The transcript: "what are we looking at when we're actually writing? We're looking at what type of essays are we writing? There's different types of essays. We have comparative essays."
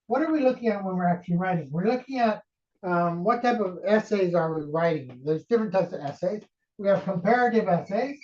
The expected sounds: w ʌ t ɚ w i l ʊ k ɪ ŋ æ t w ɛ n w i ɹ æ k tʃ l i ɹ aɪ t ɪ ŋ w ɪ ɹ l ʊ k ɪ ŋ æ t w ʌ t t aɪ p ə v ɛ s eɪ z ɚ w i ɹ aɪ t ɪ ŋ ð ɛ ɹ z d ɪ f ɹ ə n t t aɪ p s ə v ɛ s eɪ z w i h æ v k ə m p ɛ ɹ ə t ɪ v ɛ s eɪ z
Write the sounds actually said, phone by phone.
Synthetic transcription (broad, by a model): w ʌ t ɚ w i l ʊ k ɪ ŋ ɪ t w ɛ n w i ɹ æ k tʃ l i ɹ aɪ t ɪ ŋ w ɪ ɹ l ʊ k ɪ ŋ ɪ t w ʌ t t aɪ p ə v ɛ s eɪ z ɚ w i ɹ aɪ t ɪ ŋ ð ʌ ɹ z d ɪ f ɹ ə n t t aɪ p s ə v ɛ s eɪ z w i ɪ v k ə m p ɛ ɹ ə t ɪ v ɛ s eɪ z